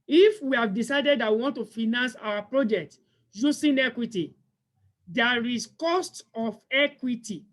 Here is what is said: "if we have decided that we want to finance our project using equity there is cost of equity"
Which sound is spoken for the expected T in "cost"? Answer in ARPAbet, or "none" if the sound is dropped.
T